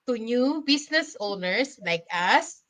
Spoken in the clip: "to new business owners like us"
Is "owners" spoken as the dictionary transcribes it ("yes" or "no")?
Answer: no